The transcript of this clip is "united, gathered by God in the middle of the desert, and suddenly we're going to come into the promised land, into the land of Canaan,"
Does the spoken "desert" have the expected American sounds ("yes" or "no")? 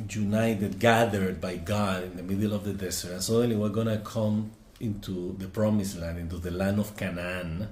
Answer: no